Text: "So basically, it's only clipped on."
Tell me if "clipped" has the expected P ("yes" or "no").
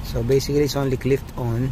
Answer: no